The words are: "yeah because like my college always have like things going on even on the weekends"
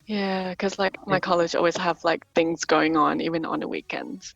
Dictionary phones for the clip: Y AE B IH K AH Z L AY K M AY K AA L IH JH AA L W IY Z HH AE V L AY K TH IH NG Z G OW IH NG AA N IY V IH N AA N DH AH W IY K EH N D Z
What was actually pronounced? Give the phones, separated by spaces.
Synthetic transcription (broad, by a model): Y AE K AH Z L AY K M AY K AA L IH JH AA L W IY Z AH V L AY K TH IH NG Z G OW IH NG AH N IY V IH N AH N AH W IY K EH N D